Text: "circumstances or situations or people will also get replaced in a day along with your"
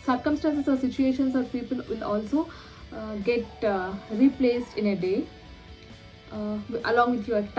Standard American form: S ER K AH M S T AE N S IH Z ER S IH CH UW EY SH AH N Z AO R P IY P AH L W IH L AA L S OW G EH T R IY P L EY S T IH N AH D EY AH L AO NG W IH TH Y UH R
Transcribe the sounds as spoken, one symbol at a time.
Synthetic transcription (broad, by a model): S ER K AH M S T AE N S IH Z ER S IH CH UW EY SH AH N S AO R P IY P AH L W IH L AA L S OW G EH T R IY P L EY S T IH N AH D EY AH L AO NG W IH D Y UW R